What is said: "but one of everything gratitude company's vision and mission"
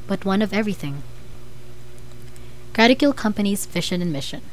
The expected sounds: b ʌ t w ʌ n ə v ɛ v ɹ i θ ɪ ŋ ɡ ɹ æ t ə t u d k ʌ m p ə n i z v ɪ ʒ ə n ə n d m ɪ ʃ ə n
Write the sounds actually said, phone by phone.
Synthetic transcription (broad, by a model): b ʌ t w ʌ n ə v ɛ v ɹ i θ ɪ ŋ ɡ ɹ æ t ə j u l k ʌ m p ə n i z f ɪ ʃ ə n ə n m ɪ ʃ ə n